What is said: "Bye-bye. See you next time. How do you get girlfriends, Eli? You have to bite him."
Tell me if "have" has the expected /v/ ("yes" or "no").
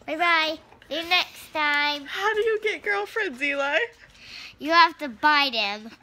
no